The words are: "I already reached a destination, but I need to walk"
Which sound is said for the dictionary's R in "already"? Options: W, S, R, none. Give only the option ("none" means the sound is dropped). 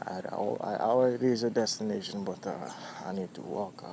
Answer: W